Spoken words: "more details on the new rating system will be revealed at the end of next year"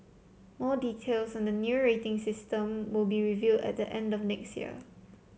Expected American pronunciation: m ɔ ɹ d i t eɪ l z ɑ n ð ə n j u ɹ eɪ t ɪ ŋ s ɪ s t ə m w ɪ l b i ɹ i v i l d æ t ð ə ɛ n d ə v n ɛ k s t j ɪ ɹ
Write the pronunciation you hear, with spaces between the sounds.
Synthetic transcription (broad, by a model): m ɔ d i t eɪ l s ɑ n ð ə n j u ɹ eɪ t ɪ ŋ s ɪ s t ə m w ɪ l b i ɹ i v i d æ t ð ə ɛ n d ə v n ɛ k s t j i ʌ